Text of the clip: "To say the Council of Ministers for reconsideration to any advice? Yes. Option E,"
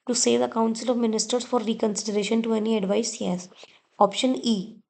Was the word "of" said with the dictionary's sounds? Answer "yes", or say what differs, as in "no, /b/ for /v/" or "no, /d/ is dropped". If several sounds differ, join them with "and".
yes